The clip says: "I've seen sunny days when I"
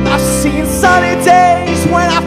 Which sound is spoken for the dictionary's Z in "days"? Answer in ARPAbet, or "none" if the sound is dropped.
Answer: Z